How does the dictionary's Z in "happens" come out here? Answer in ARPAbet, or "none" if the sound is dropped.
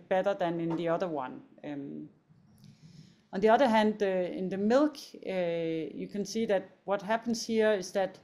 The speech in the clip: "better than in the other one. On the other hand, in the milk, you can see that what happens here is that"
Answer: S